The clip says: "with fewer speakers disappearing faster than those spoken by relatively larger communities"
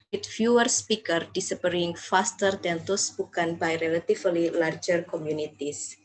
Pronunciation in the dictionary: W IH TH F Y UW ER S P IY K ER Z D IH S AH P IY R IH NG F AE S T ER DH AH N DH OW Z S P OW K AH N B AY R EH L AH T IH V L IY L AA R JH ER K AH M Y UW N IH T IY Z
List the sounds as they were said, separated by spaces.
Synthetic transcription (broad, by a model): W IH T F Y UW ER S P IY K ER D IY S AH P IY R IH NG F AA S T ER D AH N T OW S B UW K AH N B AY R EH L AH T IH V L IY L AA R JH ER K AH M Y UW N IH T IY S